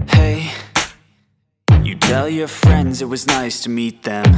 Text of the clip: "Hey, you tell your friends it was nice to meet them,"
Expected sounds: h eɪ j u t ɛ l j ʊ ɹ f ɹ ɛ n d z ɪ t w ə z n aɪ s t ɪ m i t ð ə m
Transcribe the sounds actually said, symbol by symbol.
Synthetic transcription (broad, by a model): h eɪ j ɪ t ɛ l j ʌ ɹ f ɹ ɛ n d z ɪ t w ə z n aɪ s t ɪ m i t ð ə m